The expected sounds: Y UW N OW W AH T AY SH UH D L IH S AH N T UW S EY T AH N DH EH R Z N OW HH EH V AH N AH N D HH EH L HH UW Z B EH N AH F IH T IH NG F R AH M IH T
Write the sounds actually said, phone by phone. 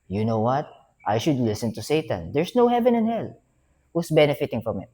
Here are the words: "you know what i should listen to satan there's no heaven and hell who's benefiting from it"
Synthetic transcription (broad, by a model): Y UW N OW W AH T AY SH UH D L IH S AH N T UW S EY T AH N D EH R S N OW HH EH V AH N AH N HH EH L HH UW S B EH N AH F IH T IH NG F R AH M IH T